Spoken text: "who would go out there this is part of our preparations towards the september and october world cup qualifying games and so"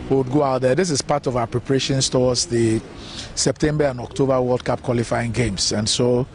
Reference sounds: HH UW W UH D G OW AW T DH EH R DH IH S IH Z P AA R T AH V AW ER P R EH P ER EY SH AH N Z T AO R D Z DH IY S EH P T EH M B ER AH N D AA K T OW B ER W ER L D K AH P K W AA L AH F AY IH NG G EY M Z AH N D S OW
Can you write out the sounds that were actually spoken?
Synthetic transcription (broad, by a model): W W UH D G OW AW T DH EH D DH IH S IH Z P AA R T AH V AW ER P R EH P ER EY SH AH N S T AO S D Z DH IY S EH P T EH M B ER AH N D AA K T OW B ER W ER L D K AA P K W AA L AH F AY IH NG G EY M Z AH N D S OW